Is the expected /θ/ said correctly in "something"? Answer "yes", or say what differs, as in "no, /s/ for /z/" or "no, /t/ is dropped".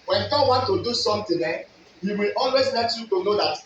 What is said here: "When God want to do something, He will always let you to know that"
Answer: no, /t/ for /θ/